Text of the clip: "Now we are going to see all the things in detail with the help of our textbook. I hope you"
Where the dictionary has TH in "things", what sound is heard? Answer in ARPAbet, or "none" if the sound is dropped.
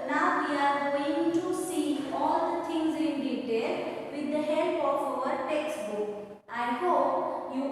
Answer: T